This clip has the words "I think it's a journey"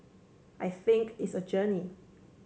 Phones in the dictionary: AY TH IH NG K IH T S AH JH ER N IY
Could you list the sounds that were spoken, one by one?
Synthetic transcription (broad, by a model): AY TH IH NG K IH T S AH JH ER N IY